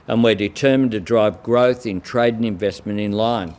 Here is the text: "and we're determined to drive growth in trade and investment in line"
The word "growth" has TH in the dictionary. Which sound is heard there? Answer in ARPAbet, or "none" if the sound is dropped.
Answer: TH